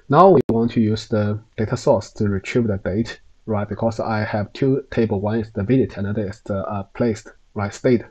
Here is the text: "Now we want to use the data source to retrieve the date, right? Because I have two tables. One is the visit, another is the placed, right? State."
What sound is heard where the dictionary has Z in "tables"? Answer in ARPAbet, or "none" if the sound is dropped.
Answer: none